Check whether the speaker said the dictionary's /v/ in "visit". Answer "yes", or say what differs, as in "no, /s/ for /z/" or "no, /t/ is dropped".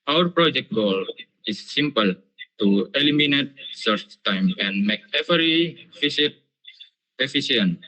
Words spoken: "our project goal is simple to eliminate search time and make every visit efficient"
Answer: no, /f/ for /v/